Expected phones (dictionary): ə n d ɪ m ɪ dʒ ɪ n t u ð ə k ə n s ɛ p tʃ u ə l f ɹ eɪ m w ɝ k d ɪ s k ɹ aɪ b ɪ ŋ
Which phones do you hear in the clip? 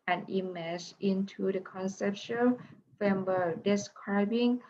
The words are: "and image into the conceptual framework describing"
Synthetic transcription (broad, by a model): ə n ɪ m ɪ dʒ ɪ n t u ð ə k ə n s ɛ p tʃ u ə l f eɪ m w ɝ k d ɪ s k ɹ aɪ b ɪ ŋ